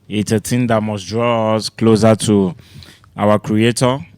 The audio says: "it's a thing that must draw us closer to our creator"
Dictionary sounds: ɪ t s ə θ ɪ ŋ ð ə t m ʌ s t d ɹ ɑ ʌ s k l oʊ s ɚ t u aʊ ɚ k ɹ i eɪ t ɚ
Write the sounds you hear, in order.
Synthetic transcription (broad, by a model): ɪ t ə t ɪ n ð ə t m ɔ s d ɹ ɑ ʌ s k l oʊ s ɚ t u aʊ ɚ k ɹ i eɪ t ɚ